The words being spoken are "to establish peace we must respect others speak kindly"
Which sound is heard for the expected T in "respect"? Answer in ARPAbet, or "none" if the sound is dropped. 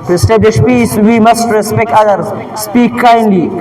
T